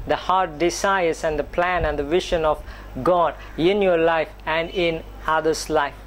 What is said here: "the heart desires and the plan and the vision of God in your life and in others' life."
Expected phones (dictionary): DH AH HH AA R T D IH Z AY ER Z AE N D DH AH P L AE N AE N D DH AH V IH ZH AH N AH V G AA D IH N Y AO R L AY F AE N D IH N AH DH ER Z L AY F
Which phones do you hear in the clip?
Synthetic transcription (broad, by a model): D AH HH AA R T D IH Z AY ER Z AE N D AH P L AE N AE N D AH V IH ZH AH N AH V G AA D IH N Y AO R L AY F AE N D IH N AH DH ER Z L AY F